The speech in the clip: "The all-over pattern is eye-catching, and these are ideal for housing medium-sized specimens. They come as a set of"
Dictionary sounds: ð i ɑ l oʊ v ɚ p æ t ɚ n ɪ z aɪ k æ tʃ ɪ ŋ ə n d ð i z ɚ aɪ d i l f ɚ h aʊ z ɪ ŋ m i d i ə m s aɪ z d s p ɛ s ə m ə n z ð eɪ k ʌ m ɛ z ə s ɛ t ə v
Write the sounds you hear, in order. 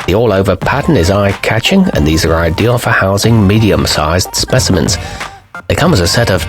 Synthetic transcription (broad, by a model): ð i ɑ l oʊ v ɚ p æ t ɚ n ɪ z aɪ k æ tʃ ɪ ŋ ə n ð i z ɚ aɪ d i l f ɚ h aʊ z ɪ ŋ m i d i ə m s aɪ z d s p ɛ s ə m ə n z ð eɪ k ʌ m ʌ z ə s ɛ t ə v